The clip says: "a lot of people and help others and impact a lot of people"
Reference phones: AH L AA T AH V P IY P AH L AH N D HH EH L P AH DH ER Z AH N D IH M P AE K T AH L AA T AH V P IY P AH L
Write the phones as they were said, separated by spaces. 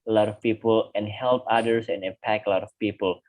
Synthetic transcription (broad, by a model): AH L AA T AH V P IY P AH L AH N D HH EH L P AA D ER S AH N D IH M P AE K AH L AA T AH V P IY P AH L